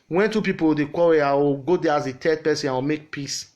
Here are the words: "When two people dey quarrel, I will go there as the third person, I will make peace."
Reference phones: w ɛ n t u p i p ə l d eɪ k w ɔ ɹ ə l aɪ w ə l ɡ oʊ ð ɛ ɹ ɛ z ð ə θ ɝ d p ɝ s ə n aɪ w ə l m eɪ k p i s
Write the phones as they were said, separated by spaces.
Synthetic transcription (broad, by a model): w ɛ n t u p i p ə w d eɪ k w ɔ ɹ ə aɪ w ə ɡ oʊ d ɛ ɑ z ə t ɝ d p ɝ s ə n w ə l m eɪ k p i s